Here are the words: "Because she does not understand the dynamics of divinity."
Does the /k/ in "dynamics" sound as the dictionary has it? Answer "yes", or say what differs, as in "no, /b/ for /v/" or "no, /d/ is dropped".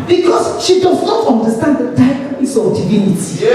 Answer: no, /k/ is dropped